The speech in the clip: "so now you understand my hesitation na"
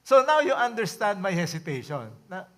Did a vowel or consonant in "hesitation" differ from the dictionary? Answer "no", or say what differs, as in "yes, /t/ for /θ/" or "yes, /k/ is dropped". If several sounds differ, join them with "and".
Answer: yes, /s/ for /z/